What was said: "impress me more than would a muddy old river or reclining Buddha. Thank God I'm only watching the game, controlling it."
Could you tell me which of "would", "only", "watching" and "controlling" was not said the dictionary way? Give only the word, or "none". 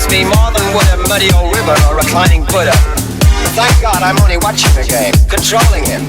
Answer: none